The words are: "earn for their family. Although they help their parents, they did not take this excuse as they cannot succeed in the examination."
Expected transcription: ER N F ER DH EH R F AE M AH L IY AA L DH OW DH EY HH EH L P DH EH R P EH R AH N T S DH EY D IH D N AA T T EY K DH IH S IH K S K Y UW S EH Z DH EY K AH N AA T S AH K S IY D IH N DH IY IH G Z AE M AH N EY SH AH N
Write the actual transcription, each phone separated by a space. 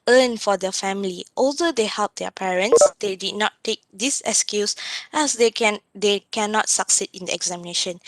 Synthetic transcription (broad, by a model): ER N F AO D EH F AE M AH L IY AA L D OW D EY HH EH L P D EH P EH R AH N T S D EY D IH D N AA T T EY K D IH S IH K S K Y UW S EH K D EY K AH N AA T S AH K S IY D IH N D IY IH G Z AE M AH N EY SH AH N